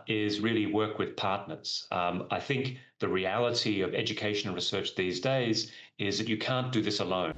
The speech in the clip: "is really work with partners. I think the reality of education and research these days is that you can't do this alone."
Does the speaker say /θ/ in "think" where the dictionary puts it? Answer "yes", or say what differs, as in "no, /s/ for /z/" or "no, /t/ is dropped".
yes